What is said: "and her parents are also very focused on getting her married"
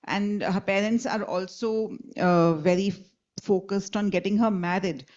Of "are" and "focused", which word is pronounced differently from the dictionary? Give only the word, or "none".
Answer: none